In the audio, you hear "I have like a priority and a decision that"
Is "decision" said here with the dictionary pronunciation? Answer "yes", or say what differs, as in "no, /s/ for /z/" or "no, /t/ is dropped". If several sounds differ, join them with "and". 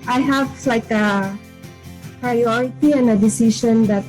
no, /ʃ/ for /ʒ/